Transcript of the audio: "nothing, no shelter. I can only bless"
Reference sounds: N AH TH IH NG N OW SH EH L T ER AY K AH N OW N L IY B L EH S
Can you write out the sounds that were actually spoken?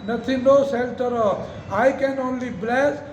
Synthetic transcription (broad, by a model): N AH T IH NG N OW S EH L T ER AY K AH N OW N L IY B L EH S